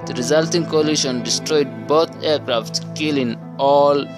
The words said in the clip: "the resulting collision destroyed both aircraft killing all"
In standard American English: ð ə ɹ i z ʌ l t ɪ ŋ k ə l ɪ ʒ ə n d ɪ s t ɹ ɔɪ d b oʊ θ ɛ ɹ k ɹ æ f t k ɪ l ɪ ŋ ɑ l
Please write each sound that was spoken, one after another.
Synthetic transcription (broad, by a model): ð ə ɹ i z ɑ l t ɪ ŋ k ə l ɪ ʃ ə n d ɪ s t ɹ ɔɪ d b oʊ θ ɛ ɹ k ɹ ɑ f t k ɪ l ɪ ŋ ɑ l